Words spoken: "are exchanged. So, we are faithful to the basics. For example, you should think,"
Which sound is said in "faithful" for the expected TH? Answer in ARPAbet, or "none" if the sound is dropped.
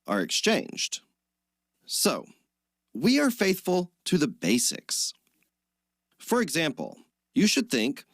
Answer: TH